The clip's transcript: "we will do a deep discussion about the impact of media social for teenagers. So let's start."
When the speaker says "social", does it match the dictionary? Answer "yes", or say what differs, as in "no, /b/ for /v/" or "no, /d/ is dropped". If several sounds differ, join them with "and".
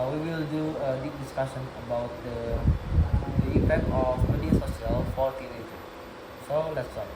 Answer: no, /s/ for /ʃ/